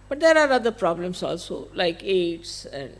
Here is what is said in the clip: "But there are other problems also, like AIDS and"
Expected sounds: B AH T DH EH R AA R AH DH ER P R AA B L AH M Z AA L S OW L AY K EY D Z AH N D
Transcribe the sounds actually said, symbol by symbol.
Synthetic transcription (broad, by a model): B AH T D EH R AA R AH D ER P R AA B L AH M S AA L S OW L AY K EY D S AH N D